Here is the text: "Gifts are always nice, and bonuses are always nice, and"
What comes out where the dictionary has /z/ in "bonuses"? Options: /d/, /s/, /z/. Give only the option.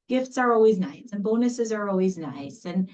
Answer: /z/